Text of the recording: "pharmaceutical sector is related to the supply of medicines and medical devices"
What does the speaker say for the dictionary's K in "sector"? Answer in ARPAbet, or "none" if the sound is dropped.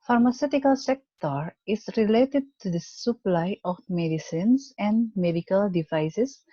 K